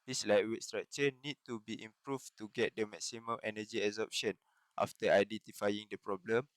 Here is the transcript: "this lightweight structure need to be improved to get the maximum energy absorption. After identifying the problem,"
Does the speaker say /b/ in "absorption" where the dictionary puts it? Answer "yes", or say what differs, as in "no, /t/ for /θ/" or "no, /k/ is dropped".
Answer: no, /b/ is dropped